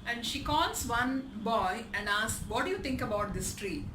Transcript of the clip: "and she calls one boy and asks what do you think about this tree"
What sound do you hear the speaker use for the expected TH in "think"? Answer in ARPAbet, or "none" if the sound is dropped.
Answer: T